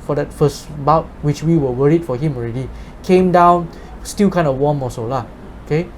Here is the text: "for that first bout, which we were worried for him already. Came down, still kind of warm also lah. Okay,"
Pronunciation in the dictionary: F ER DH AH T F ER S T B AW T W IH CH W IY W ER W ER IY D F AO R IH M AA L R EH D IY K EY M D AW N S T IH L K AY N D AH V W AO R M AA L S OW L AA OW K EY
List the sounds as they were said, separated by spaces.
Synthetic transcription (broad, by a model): F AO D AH T F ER S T B AW T W IH CH W IY W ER W ER IY D F AO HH IH M AA L R EH D IY K EY M D AW N S T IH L K AY N D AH W AO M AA S OW L AA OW K EY